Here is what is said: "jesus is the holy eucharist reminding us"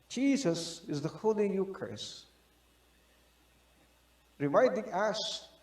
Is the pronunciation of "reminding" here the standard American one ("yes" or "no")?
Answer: no